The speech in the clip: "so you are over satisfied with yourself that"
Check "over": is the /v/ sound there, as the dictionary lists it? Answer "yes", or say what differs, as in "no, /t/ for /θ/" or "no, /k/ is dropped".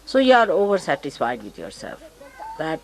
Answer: yes